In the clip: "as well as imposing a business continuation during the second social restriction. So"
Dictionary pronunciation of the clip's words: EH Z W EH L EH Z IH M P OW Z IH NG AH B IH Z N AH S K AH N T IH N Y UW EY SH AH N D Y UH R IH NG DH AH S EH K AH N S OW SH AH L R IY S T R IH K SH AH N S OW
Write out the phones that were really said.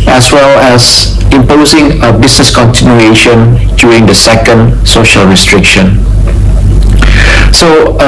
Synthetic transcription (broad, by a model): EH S W EH L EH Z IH M P OW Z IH NG AH B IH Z N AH S K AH N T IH N Y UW EY SH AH N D Y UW R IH NG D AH S EH K AH N S OW SH AH L R IY S T R IH K SH AH N S OW